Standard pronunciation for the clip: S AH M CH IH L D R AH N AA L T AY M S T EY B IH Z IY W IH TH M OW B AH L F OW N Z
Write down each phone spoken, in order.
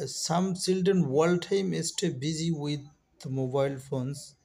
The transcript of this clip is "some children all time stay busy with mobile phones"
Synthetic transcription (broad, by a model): S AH M S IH L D AH N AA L T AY M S T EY B IH Z IY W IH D M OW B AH L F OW N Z